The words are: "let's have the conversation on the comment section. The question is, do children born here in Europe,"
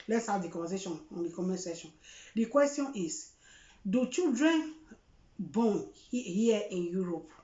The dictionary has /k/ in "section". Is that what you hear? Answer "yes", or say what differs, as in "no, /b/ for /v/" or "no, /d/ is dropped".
no, /k/ is dropped